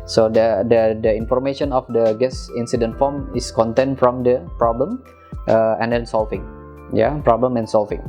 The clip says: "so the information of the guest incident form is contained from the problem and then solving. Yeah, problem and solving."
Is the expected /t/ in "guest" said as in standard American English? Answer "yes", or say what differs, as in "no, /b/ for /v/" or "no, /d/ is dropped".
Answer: no, /t/ is dropped